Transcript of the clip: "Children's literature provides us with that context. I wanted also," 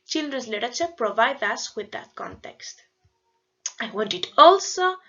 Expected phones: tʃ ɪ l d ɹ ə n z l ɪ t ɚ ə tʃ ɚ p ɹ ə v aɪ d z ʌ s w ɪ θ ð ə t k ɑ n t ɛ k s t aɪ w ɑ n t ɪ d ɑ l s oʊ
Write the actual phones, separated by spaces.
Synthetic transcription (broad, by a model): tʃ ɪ l d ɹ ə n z l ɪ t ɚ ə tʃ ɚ p ɹ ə v aɪ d ʌ s w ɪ ð ə t k ɑ n t ɛ k s t aɪ w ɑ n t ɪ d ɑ l s oʊ